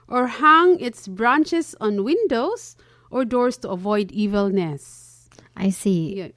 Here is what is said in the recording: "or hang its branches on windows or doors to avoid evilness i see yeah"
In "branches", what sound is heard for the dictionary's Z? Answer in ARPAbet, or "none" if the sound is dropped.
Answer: S